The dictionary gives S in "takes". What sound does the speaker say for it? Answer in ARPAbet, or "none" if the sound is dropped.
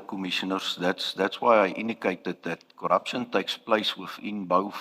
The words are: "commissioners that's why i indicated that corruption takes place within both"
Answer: S